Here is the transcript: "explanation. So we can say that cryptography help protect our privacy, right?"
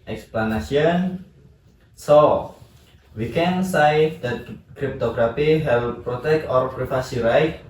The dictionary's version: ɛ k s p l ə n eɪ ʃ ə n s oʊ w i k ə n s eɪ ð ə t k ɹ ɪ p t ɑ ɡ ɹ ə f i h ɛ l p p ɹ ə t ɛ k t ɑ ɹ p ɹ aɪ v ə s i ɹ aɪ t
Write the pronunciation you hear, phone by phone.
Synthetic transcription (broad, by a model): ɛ k s p l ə n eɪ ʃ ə n s oʊ w i k ə n s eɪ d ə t k ɹ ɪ p t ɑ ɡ ɹ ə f i h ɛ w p p ɹ ə t ɛ k t ɑ ɹ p ɹ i f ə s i ɹ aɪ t